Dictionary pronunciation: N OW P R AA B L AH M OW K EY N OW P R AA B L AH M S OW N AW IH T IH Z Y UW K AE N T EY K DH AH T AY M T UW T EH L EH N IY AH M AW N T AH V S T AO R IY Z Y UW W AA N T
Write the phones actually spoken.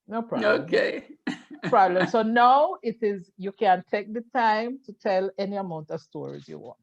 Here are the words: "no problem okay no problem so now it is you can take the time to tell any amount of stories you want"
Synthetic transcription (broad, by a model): N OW P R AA OW K EY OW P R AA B L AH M S OW N AW IH T IH Z Y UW K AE N T EY K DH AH T AY M T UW T EH L EH N IY AH M AW N T AH V S T AO R IY Z Y UW W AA N T